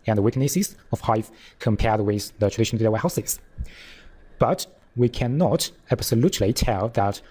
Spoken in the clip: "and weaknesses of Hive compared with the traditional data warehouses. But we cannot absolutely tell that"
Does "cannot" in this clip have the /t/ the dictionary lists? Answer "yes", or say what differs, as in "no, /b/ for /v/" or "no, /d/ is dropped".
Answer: yes